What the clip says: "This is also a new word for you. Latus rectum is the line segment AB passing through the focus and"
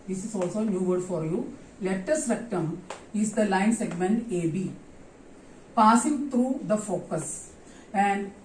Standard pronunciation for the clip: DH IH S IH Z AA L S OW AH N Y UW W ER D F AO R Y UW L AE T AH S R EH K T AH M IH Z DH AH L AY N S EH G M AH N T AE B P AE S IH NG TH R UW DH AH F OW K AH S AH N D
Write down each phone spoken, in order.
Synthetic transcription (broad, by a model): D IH S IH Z AA L S OW N Y UW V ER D F AO R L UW L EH T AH S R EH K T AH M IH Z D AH L AY N S EH G M AH N T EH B P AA S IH NG T R UW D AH F OW K AH S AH N D